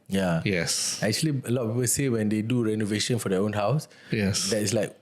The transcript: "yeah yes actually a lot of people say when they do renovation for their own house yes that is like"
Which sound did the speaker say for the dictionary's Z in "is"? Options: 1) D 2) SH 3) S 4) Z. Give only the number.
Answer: 3